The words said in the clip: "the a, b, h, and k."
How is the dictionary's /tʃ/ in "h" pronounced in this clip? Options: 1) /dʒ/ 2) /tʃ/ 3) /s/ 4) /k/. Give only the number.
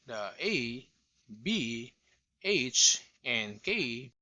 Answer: 2